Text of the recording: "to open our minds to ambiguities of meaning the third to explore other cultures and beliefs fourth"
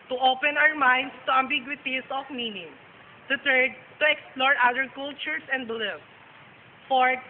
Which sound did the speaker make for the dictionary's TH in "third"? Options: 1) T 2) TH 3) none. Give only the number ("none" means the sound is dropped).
1